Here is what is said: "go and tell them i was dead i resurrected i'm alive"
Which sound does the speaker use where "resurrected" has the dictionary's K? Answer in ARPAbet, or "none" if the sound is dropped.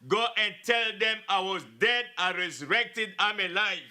K